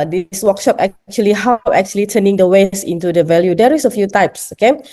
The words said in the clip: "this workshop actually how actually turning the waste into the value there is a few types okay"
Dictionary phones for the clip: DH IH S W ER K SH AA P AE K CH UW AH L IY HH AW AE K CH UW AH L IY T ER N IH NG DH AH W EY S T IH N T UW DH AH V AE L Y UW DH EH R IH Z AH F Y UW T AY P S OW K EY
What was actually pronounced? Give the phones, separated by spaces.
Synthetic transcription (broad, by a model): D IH S W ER K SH AA P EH K CH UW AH L IY HH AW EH K CH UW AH L IY T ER N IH NG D AH W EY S IH N T UW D AH V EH L Y UW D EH R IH S AH F Y UW T AY P S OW K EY